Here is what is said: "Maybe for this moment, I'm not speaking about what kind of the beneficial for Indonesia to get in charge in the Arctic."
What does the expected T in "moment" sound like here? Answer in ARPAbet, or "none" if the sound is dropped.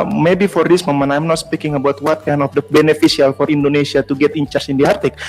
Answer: none